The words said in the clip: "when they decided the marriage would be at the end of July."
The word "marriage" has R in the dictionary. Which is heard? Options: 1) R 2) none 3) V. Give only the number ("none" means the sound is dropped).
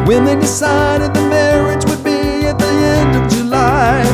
1